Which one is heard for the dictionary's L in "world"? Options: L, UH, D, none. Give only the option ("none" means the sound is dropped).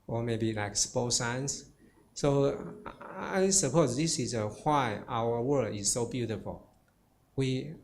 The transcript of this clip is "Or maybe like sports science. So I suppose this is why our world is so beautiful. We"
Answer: none